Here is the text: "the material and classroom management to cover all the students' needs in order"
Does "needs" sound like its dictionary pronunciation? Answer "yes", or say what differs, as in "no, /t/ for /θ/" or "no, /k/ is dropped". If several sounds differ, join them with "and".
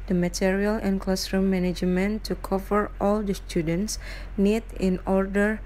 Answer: no, /z/ is dropped